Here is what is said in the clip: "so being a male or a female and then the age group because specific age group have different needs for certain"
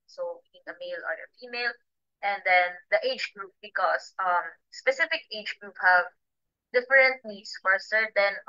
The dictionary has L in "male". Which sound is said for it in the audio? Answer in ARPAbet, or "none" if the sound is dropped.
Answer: L